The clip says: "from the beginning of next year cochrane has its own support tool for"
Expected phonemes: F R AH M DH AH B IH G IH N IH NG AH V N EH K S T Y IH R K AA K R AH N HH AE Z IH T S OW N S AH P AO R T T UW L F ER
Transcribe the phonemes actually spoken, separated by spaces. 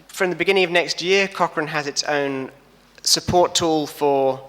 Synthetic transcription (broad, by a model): F R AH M DH AH B IH G IH N IH NG AH V N EH K S T Y IH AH K AA K R AH N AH Z IH T S OW N S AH P AO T T UW L F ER